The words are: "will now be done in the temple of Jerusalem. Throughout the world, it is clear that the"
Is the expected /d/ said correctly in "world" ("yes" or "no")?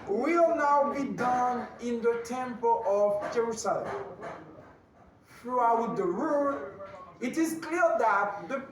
no